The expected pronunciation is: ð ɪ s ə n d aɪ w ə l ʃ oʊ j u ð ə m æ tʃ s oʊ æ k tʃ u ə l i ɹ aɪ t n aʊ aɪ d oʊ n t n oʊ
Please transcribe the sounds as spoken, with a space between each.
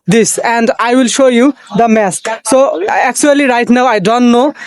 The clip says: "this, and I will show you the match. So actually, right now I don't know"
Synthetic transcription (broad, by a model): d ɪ s ə n d aɪ w ə l ʃ oʊ j u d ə m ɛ s s oʊ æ k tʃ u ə l i ɹ aɪ t n aʊ aɪ d oʊ n t n oʊ